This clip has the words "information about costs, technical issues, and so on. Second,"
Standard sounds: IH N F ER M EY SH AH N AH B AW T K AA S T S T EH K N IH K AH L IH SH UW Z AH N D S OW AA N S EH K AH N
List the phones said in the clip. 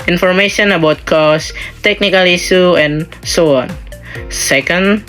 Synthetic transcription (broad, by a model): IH N F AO M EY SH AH N AH B AW T K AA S S T EH K N IH K AH L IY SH UW AH N S OW AA N S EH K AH N